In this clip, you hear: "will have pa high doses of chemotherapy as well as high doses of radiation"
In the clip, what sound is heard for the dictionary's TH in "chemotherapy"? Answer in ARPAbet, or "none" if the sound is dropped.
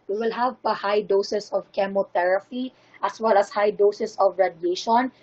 T